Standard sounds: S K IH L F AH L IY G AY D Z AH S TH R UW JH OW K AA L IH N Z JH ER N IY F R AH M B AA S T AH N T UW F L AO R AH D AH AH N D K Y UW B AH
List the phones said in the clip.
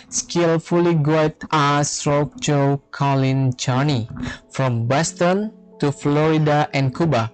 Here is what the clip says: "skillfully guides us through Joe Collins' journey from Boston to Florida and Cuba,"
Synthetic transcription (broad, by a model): S K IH L F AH L IY G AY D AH S T R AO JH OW K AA L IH N JH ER N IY F R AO M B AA S T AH N T UW F L AO R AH D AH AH N K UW B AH